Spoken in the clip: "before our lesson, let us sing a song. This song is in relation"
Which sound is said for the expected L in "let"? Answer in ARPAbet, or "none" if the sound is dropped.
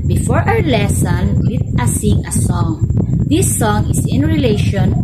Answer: W